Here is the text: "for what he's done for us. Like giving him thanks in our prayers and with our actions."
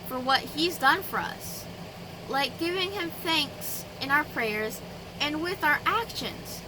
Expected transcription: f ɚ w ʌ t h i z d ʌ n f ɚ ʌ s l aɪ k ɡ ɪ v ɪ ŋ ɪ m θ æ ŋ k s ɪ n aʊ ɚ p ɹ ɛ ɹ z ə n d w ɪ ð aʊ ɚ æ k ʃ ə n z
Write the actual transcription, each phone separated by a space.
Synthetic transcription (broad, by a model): f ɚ w ʌ t h i z d ʌ n f ɚ ʌ s l aɪ k ɡ ɪ v ɪ ŋ ɪ m θ æ ŋ k s ɪ n aʊ ɚ p ɹ ɛ ɹ z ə n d w ɪ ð aʊ ɚ æ k ʃ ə n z